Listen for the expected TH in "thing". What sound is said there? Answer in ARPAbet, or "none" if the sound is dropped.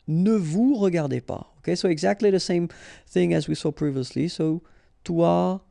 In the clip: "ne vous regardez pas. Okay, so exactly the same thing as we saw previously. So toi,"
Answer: TH